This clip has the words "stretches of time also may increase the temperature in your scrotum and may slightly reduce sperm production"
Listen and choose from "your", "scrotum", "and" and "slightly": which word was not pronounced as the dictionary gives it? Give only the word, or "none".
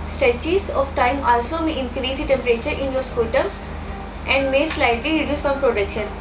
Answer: scrotum